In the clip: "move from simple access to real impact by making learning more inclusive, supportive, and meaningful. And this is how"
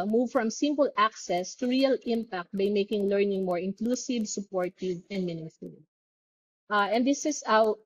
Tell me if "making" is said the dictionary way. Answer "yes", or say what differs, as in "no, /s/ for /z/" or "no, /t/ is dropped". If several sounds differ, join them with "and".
yes